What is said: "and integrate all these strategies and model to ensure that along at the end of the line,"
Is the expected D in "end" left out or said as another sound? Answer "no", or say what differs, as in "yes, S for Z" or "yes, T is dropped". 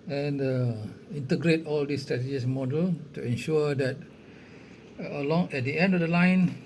no